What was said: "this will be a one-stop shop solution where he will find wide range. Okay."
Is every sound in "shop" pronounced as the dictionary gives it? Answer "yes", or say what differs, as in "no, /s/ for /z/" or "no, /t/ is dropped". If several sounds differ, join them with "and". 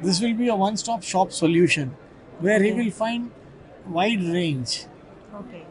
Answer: yes